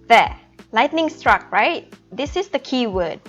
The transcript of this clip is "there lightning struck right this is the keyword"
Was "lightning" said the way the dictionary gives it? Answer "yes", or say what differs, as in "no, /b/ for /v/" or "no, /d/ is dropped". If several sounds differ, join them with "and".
yes